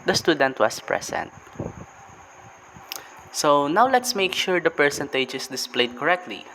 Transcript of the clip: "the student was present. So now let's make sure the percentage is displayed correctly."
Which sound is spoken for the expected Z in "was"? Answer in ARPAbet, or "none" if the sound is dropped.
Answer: S